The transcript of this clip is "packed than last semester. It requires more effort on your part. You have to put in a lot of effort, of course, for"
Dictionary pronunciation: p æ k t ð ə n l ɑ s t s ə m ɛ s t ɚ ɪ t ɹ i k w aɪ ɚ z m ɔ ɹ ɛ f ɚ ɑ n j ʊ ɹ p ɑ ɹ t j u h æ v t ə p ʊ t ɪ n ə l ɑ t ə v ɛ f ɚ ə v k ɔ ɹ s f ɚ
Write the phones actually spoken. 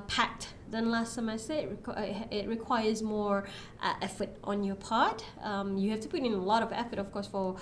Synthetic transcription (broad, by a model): p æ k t ð ə n l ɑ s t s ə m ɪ s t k ɪ t ɹ i k w aɪ ɚ z m ɔ ɹ ɛ f ɚ ɑ n j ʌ ɹ p ɑ ɹ t j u h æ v t ə p ʊ t ɪ n ə l ɑ t ə v ɛ f ɚ ə v k ɔ ɹ s f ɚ